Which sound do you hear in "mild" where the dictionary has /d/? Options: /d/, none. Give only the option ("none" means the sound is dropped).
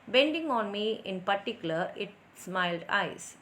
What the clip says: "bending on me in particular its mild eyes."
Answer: /d/